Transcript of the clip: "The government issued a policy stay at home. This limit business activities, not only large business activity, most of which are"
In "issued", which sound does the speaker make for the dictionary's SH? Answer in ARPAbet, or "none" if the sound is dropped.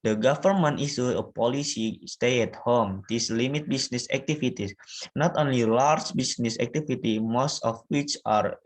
S